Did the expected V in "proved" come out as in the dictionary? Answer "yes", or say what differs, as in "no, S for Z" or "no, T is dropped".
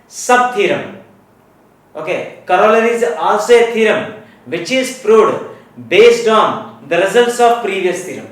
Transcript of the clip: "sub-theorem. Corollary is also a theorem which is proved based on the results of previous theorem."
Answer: no, V is dropped